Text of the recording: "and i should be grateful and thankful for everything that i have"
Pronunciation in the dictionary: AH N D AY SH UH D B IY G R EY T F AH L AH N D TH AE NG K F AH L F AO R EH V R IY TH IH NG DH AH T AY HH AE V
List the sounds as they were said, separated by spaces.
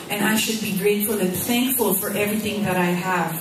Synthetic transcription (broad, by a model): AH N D AY SH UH D B IY G R EY T F AH L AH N TH AE NG K F AH L F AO R EH V R IY TH IH NG DH AH T AY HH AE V